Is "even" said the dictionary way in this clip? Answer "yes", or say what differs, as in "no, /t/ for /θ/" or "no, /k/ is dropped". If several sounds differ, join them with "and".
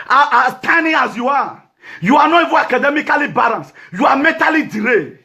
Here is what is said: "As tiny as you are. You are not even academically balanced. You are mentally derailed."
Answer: no, /n/ is dropped